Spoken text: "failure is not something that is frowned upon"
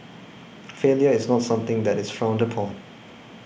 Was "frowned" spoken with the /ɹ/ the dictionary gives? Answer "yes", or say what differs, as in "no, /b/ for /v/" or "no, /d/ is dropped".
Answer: yes